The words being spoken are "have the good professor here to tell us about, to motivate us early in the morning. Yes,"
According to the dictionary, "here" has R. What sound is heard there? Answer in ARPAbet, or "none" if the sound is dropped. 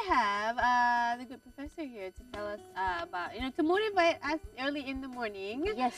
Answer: R